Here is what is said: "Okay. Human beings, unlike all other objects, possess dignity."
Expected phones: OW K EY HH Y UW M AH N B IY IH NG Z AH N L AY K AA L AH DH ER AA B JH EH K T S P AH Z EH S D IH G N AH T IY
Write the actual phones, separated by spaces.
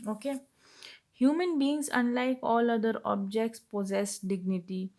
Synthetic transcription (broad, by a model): OW K EY HH Y UW M AH N B IY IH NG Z AH N L AY K AA L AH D ER AA B JH EH K T S P AH Z EH S D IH G N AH T IY